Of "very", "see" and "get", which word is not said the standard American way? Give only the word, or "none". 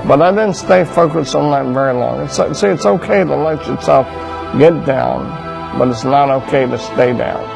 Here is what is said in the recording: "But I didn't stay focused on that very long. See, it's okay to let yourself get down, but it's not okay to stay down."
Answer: none